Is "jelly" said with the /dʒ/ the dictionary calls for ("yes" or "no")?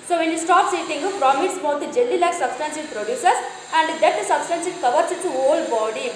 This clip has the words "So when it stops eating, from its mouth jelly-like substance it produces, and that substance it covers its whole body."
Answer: yes